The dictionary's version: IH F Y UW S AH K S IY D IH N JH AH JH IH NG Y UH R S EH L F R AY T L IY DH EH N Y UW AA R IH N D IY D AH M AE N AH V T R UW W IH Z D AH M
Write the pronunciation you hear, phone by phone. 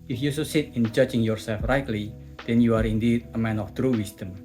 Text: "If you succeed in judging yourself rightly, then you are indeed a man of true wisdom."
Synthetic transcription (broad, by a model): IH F Y UW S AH S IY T IH N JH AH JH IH NG Y UH R S EH L F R AY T L IY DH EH N Y UW AA R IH N D IY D AH M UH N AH F T R UW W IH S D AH M